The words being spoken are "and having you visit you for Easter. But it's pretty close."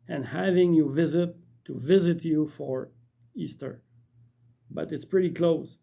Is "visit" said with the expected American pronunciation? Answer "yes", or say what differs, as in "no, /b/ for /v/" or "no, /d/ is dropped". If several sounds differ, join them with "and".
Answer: yes